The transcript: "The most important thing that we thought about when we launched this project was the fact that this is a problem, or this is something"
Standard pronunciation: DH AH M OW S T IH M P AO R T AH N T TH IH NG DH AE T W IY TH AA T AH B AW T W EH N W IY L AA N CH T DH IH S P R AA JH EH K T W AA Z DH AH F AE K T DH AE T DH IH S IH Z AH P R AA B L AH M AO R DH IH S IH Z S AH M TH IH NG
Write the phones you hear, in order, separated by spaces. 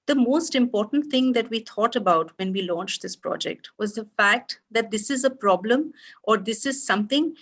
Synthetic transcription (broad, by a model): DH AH M OW S T IH M P AO R T AH N T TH IH NG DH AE T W IY T AA T AH B AW T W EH N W IY L AA N CH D IH S P R AA JH EH K T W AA Z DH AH F AE K T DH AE T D IH S IH Z AH P R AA B L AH M AO R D IH S IH Z S AH M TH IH NG